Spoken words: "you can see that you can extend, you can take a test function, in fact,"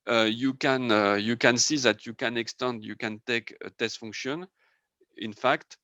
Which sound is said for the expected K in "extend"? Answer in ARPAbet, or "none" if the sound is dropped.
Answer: K